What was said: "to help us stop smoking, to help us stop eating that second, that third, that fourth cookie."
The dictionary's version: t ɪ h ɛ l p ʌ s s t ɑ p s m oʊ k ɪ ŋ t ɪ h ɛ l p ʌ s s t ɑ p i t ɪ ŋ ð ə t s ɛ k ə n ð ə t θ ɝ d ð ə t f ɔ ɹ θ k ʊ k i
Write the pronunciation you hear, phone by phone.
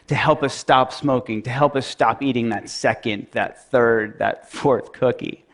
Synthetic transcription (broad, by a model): t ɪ h ɛ l p ʌ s s t ɑ p s m oʊ k ɪ ŋ t ɪ h ɛ l p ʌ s s t ɑ p i t ɪ ŋ ð ə t s ɛ k ə n ð ə t θ ɝ d ð ə t f ɔ ɹ θ k ʊ k i